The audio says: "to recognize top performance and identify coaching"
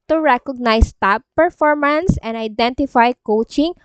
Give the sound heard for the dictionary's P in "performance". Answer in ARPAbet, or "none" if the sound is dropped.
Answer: P